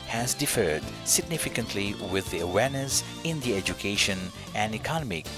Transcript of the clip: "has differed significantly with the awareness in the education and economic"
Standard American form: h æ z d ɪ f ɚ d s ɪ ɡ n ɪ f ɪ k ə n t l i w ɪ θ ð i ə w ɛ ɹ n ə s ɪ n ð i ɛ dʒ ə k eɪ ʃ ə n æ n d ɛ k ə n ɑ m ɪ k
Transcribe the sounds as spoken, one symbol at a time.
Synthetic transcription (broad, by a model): h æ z d ɪ f ɚ d s ɪ ɡ n ɪ f ɪ k ə n t l i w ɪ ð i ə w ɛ ɹ n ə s ɪ n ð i ɛ dʒ ə k eɪ ʃ ə n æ n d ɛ k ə n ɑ m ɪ k